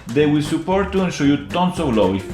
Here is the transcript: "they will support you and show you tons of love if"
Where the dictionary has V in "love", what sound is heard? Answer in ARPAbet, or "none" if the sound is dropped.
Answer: W